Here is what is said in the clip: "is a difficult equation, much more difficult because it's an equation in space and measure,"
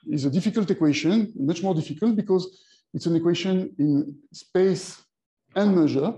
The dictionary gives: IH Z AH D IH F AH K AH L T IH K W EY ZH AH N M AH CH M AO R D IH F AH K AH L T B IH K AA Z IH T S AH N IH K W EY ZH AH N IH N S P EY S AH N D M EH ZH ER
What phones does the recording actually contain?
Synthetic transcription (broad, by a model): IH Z AH D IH F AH K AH L T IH K W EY SH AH N M AH CH M AO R D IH F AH K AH L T B IH K AA Z IH T S AH N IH K W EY SH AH N IH N S P EY S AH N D M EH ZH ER